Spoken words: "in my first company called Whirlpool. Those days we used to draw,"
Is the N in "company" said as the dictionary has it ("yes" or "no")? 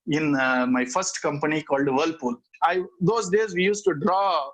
yes